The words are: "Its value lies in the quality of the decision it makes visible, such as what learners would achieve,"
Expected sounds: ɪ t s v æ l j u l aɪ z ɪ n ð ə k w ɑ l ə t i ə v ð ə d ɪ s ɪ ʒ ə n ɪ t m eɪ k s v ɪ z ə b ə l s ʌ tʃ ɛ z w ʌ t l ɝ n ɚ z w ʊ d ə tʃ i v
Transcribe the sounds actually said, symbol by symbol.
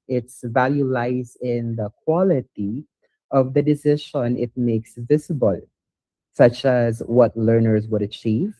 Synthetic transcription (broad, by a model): ɪ t s v æ l j u l aɪ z ɪ n ð ə k w ɑ l ə t i ə v ð ə d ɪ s ɪ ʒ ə n ɪ t m eɪ k s v ɪ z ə b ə l s ʌ tʃ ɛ z w ʌ t l ɝ n ɚ z w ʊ d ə tʃ i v